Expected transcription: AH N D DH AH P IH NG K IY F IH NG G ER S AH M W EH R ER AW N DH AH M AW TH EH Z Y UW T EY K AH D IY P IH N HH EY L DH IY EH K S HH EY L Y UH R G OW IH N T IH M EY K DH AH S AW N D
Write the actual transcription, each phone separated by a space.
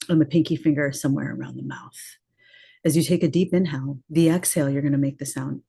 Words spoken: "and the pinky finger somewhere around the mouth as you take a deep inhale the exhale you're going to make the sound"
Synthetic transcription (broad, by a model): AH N DH AH P IH NG K IY F IH NG G ER S AH M W EH R ER AW N DH AH M AW TH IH Z Y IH T EY K AH D IY P IH N HH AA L DH IY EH K S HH EY L Y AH R G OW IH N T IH M EY K DH AH S AW N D